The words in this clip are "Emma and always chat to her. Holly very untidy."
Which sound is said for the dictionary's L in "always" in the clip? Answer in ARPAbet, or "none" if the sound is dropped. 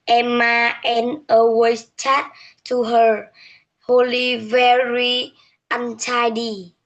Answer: none